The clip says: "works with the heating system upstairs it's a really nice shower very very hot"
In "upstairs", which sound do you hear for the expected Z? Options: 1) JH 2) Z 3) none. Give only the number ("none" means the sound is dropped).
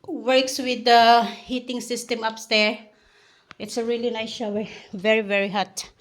3